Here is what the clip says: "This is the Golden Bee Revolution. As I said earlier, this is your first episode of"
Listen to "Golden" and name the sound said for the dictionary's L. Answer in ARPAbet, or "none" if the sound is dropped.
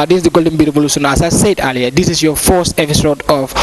L